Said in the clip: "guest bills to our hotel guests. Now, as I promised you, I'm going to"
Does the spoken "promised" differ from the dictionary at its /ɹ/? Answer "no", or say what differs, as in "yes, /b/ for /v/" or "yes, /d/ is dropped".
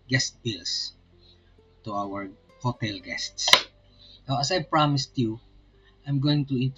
no